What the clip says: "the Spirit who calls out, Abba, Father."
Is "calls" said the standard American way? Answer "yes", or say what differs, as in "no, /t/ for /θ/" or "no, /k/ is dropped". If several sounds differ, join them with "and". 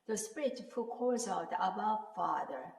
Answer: no, /l/ is dropped